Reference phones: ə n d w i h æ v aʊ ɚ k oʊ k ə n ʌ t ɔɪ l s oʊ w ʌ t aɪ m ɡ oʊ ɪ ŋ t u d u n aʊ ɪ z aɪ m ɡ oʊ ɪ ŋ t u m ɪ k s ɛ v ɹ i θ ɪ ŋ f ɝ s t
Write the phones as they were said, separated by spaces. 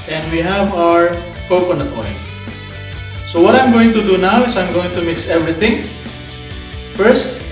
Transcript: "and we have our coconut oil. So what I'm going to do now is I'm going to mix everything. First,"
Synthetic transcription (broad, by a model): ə n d w i h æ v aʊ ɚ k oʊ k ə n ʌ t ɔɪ n s oʊ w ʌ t aɪ m ɡ oʊ ɪ ŋ t u d u n aʊ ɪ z aɪ m ɡ oʊ ɪ ŋ t u m ɪ k s ɛ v ɹ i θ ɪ ŋ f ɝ s t